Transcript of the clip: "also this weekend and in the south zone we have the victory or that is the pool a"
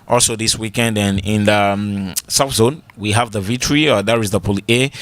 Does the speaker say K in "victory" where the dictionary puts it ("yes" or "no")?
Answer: no